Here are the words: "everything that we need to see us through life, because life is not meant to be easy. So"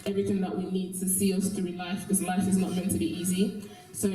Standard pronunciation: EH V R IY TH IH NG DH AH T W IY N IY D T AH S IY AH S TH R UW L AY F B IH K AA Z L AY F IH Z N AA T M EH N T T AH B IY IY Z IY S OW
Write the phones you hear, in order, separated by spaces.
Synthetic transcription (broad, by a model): EH V R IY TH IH NG DH AH T W IY N IY D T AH S IY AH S T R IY L AY F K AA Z L AY F IH Z N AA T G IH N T T AH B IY IY Z IY S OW